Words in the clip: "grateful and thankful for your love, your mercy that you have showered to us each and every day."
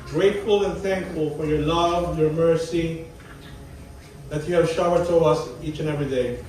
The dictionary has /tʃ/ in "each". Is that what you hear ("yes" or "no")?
yes